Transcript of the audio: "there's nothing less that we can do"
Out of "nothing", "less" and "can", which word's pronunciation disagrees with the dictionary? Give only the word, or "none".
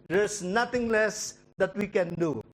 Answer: nothing